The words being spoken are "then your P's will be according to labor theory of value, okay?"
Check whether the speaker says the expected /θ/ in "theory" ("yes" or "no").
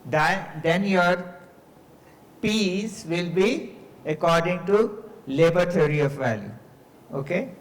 no